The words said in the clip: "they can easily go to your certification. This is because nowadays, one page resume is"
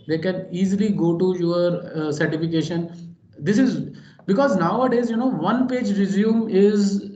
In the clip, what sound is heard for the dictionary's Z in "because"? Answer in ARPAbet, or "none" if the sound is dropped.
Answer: Z